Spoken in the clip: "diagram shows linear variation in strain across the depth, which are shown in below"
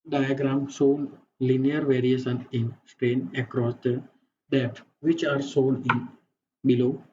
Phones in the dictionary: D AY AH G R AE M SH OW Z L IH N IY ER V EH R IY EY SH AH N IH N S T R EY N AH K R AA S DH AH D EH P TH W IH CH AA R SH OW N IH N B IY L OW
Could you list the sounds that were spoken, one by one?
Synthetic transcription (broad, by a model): D AY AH G R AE M S OW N L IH N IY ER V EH R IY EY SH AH N IH N S T R EY N AH K R AA S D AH D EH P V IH CH AA R S OW N IH N B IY L OW